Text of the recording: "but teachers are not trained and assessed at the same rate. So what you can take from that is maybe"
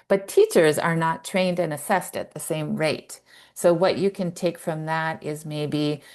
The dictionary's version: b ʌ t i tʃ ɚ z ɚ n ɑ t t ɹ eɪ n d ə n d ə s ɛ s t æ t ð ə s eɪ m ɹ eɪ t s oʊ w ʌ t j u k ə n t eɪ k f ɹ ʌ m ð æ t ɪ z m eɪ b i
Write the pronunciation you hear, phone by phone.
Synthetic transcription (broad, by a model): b ʌ t i tʃ ɚ z ɚ n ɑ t t ɹ eɪ n d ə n ə s ɛ s t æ t ð ə s eɪ m ɹ eɪ t s oʊ w ʌ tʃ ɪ k ə n t eɪ k f ɹ ʌ m ð æ t ɪ z m eɪ b i